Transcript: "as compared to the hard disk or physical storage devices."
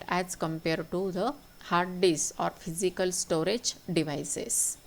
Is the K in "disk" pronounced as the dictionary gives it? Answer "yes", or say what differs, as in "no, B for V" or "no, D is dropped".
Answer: no, K is dropped